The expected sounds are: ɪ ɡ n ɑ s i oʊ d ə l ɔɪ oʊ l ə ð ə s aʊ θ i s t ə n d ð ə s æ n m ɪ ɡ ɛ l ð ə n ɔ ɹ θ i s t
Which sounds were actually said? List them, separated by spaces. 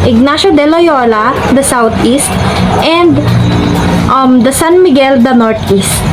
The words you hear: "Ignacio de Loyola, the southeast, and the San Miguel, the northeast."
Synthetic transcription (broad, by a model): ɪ ɡ n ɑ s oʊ d ə l ɔɪ oʊ l ə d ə s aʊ t i s t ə n d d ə s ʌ n m ɪ ɡ ɛ l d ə n ɔ ɹ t i s t